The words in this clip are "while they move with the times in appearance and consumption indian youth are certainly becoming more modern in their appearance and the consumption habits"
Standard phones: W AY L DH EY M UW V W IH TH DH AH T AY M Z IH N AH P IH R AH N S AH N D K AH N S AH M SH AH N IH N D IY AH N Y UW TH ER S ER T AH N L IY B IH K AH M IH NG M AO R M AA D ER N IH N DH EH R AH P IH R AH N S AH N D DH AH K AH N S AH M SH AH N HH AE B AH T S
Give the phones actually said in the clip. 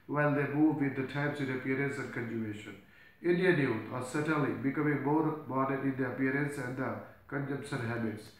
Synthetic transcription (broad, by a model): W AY L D EY M UW V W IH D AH T AY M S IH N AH P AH R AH N S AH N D K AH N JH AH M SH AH N IH N D IY AH N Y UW T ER S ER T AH L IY B IH K AH M IH NG M AO R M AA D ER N IH N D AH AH P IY R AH N S AH N D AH K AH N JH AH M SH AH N HH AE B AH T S